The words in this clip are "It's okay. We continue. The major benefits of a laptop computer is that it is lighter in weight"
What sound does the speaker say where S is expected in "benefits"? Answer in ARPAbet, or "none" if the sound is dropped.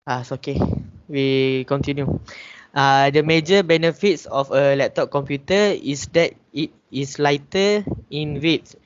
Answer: S